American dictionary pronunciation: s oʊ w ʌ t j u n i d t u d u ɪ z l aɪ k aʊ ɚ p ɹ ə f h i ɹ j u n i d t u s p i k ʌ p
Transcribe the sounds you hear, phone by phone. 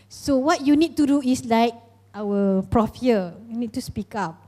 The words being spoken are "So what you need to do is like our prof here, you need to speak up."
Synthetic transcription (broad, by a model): s oʊ w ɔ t j u n i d t u d u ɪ s l aɪ k aʊ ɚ p ɹ ə f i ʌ j u n i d t u s p i k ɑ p